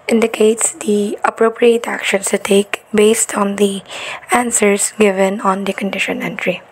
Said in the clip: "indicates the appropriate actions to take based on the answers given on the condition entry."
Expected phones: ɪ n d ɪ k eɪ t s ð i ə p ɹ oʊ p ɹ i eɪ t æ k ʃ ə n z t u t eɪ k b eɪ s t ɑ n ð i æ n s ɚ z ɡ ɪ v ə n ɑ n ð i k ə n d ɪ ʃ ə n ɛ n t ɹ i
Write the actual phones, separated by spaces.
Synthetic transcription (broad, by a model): ɪ n d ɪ k eɪ t s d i ə p ɹ oʊ p ɹ i eɪ t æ k ʃ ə n s t u t eɪ k b eɪ s t ɑ n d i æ n s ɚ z ɡ ɪ v ə n ɑ n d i k ə n d ɪ ʃ ə n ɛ n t ɹ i